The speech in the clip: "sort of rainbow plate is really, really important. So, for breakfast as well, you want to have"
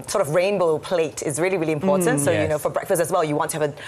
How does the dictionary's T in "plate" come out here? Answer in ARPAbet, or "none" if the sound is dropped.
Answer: T